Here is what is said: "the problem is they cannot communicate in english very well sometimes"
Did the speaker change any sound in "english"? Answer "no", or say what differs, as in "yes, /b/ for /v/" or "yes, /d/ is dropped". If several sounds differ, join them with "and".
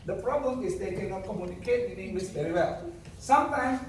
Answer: yes, /s/ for /ʃ/